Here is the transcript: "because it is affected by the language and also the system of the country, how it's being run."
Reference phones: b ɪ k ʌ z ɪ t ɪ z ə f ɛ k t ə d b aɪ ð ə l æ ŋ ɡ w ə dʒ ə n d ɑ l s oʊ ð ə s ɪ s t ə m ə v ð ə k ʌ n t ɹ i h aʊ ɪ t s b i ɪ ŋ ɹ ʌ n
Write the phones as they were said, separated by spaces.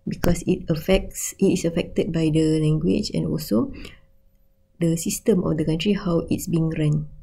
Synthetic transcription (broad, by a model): b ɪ k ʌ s ɪ t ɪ s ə f ɛ k t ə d b aɪ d ə l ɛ ŋ ɡ w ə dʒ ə n ɑ l s oʊ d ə s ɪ s t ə m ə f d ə k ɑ n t ɹ i h aʊ ɪ t s b i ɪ ŋ ɹ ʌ n